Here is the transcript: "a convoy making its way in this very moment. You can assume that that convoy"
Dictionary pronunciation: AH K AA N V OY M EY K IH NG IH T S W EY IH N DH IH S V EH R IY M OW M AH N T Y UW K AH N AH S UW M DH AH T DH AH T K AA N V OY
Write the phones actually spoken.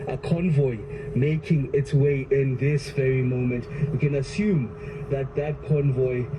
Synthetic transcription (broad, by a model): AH K AA N V OY M EY K IH NG IH T S W EY IH N DH IH S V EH R IY M OW M AH N T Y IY K AH N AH S UW M DH AH T DH AH T K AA N V OY